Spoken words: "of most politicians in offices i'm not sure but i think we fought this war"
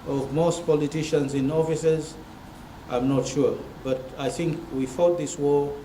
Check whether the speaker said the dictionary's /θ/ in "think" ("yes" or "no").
yes